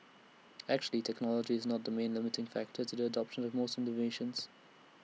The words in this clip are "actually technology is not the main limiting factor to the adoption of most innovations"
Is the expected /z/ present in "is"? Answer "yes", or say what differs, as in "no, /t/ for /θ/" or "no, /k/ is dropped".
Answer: yes